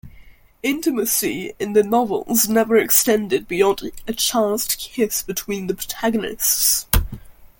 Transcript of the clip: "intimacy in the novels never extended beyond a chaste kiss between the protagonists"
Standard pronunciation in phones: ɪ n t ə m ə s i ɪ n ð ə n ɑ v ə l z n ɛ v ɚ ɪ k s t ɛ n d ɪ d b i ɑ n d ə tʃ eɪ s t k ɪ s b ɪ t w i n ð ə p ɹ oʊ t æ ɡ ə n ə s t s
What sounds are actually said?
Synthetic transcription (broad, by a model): ɪ n t ə m ə s i ɪ n ð ə n ɑ v ə l z n ɛ v ɚ ɪ k s t ɛ n d ɪ d b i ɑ n d ə tʃ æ s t k ɪ s b ɪ t w i n ð ə p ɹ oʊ t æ ɡ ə n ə s t s